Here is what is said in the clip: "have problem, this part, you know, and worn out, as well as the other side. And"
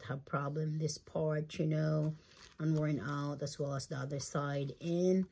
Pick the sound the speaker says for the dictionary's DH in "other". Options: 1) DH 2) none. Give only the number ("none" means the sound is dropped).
1